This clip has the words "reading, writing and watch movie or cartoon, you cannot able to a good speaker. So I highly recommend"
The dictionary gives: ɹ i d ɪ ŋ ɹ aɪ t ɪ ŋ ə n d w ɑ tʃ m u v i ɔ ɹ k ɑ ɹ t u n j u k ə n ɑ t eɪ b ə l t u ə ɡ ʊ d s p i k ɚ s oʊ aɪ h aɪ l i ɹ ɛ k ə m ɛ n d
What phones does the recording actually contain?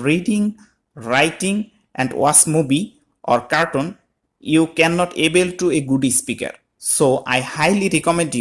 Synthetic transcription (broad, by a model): ɹ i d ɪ ŋ ɹ aɪ t ɪ ŋ ə n d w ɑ s m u b i ɔ ɹ k ɑ ɹ t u n j u k ə n ɑ t eɪ b ə l t u ə ɡ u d s p i k ɚ s oʊ aɪ h aɪ l i ɹ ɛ k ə m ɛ n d